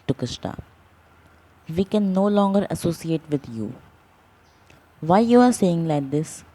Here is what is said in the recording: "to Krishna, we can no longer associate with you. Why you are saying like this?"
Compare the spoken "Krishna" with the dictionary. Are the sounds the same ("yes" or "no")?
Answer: no